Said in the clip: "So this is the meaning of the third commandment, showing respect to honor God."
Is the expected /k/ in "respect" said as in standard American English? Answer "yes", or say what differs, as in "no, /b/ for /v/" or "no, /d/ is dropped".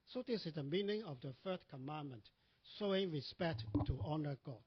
yes